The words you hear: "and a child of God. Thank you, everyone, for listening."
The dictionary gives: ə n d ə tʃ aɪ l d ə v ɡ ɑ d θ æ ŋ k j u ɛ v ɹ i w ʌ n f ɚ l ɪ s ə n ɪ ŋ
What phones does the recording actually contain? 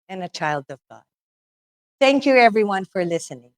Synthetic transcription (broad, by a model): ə n ə tʃ aɪ l d ə v ɡ ɑ d θ æ ŋ k j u ɛ v ɹ i w ʌ n f ɚ l ɪ s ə n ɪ ŋ